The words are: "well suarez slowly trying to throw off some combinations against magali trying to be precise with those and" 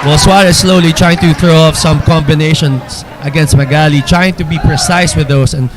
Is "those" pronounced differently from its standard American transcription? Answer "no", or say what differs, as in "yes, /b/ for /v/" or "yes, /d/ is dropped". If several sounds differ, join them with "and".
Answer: yes, /s/ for /z/